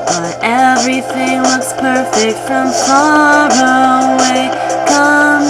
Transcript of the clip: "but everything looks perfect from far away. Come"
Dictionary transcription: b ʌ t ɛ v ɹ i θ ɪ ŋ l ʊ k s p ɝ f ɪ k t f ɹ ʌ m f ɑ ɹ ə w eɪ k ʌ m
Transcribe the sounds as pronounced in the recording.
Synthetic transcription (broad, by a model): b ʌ t ɛ v ɹ i θ ɪ ŋ w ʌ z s p ɝ f ɪ k t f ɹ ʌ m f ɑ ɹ ə w eɪ k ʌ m